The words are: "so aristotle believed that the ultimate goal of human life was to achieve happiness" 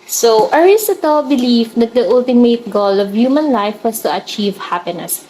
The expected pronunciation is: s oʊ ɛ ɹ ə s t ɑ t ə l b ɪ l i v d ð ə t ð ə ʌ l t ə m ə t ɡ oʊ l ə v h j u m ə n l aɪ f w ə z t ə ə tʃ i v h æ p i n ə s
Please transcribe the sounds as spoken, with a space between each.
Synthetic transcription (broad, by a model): s oʊ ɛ ɹ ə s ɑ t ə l b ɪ l i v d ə t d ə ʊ l t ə m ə t ɡ oʊ l ə v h j u m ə n l aɪ f w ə s t ə ə tʃ i v h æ p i n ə s